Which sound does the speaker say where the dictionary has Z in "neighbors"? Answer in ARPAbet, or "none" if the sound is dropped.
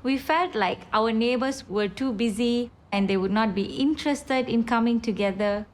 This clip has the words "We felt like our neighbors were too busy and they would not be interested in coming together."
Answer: S